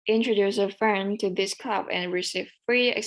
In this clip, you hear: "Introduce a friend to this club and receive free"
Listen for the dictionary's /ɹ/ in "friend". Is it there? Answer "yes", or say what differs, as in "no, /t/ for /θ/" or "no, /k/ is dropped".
no, /ɹ/ is dropped